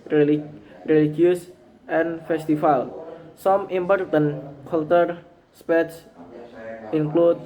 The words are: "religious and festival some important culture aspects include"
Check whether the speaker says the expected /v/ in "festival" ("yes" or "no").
no